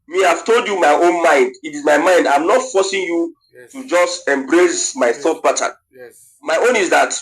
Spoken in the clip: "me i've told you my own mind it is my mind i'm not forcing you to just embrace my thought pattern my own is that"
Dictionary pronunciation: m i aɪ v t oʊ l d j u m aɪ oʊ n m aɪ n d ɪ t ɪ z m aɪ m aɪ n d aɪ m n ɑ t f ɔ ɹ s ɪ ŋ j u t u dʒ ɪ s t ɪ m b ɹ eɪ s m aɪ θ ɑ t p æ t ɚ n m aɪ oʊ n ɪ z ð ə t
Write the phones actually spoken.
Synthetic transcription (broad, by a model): m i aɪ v t oʊ l d j u m aɪ oʊ n m aɪ n d ɪ t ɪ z m aɪ m aɪ n d aɪ m n ɑ t f ɔ s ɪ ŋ j u t u dʒ ɪ s t ɪ m b ɹ eɪ s m aɪ θ ɑ t b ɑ t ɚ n m aɪ oʊ n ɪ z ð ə t